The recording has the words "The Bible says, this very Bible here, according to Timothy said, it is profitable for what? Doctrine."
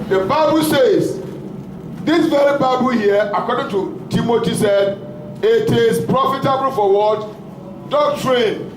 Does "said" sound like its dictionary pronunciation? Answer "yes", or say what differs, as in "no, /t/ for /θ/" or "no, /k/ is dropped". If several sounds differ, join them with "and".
yes